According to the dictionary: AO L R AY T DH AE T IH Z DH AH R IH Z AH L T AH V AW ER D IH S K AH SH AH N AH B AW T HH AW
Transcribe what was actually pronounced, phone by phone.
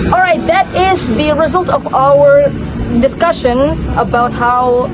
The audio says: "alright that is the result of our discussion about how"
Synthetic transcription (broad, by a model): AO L R AY T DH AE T IH Z DH AH R IH Z AH L T AH V AW ER D IH S K AH SH AH N AH B AW T HH AW